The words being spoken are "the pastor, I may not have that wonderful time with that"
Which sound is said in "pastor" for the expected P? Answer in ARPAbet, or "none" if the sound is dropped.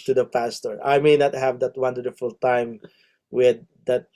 P